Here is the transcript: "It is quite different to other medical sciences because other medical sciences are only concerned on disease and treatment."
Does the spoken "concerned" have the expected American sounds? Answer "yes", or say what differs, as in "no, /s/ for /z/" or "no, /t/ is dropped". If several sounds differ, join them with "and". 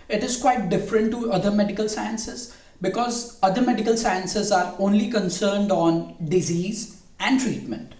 yes